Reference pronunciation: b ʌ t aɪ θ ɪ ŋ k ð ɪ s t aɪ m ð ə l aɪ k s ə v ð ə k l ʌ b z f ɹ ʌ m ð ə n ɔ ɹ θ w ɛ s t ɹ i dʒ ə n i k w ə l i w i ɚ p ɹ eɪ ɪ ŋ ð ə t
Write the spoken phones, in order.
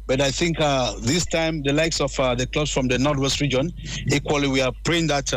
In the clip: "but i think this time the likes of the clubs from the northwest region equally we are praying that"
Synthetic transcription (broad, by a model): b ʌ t aɪ θ ɪ ŋ k ð ɪ s t aɪ m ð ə l aɪ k s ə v ð ə k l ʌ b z f ɹ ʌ m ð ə n ɔ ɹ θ w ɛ s t ɹ i dʒ ə n i k w ə l i w i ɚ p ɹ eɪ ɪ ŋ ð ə t